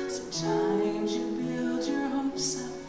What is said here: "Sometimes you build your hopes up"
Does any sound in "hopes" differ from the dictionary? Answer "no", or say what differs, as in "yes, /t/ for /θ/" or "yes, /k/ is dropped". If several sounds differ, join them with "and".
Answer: yes, /p/ is dropped